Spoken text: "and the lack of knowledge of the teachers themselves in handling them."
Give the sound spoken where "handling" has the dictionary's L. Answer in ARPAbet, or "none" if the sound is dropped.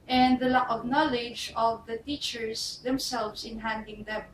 none